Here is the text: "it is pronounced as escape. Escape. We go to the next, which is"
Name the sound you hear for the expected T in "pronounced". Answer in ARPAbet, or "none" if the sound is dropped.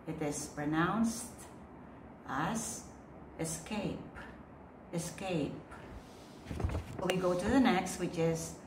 T